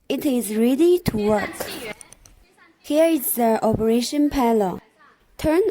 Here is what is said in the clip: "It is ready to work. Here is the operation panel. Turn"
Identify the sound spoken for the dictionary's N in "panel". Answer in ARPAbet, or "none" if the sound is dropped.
L